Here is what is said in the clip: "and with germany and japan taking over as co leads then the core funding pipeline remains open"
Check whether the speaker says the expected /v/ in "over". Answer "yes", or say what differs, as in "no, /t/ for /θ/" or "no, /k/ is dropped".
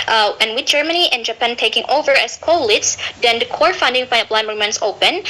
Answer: yes